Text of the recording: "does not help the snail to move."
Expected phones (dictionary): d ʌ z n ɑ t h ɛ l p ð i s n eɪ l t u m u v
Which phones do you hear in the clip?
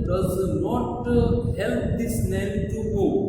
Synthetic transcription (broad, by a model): d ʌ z n ɑ t h ɛ l p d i s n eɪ n t u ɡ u